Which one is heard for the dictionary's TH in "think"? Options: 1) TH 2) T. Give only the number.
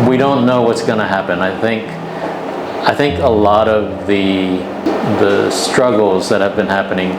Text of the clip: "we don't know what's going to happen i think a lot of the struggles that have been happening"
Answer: 1